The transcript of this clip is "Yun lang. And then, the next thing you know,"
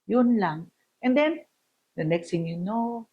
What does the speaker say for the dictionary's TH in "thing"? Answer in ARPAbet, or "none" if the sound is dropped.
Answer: T